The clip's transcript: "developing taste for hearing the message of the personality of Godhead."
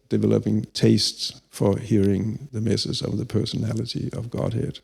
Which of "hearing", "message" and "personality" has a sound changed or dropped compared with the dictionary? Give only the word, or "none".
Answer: message